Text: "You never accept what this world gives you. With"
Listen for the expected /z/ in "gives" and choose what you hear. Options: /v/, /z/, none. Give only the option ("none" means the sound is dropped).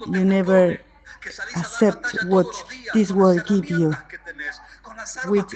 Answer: none